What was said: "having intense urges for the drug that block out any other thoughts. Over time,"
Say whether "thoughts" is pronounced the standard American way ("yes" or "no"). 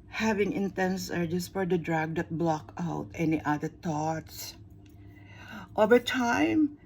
no